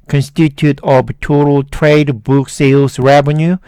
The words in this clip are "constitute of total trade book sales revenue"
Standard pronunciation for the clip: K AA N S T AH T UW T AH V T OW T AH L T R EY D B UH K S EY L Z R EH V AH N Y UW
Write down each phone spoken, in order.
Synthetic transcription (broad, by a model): K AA N S T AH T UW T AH B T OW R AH L T R EY D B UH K S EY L S R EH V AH N Y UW